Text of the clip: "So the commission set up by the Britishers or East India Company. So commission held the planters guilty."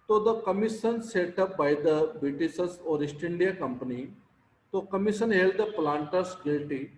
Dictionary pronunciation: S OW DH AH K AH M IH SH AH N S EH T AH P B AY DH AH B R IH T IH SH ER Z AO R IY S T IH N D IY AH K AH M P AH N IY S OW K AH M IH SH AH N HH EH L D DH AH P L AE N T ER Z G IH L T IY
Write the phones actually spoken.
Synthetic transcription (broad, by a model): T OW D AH K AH M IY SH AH N S EH T AH P B AY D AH B R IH T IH S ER S AO R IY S T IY N D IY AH K AH M P AH N IY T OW K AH M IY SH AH N HH EH L D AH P L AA N T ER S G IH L T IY